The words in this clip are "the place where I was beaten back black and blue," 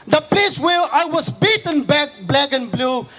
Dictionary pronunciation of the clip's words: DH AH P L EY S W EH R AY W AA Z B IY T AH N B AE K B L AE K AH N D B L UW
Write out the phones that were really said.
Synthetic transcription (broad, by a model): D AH P L EY S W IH L AY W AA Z B IY T AH N B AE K B L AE K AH N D B L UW